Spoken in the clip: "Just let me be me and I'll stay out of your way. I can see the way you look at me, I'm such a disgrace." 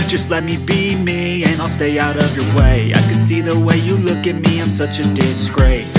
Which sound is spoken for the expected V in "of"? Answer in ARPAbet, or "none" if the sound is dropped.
V